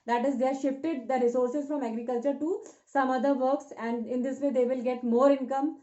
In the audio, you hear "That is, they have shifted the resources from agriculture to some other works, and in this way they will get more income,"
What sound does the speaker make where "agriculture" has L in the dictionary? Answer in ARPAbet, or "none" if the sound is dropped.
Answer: L